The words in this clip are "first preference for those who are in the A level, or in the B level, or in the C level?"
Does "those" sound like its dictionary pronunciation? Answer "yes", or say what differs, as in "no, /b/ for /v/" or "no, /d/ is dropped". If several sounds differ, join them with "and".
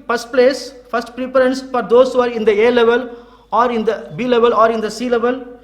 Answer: no, /s/ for /z/